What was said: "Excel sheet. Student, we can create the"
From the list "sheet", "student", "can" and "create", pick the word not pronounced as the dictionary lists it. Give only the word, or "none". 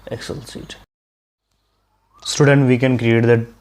sheet